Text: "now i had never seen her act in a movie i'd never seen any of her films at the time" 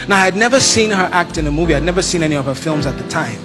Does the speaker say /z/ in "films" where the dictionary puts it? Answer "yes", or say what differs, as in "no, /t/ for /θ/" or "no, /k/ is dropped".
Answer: yes